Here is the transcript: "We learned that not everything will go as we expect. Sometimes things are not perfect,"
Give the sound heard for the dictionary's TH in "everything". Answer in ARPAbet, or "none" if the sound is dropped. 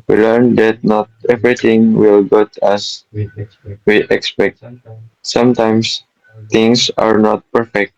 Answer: T